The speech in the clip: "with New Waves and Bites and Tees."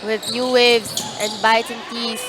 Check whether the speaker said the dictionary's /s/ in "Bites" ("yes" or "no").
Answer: no